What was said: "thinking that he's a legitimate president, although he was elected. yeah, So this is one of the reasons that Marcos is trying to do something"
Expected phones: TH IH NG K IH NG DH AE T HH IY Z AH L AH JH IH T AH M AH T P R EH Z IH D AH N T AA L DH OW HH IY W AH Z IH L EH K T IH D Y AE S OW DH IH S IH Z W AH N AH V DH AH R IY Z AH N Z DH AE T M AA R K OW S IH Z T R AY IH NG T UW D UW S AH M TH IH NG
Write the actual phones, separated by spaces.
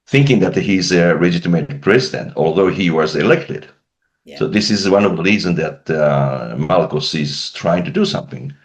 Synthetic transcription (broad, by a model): TH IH NG K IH NG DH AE T HH IY Z AH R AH JH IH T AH M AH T P R EH Z IH D AH N T AA L DH OW HH IY W AH Z IH L EH K T IH D S OW DH IH S IH Z W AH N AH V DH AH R IY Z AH N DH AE T M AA L K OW S IH Z T R AY IH NG T UW D UW S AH M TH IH NG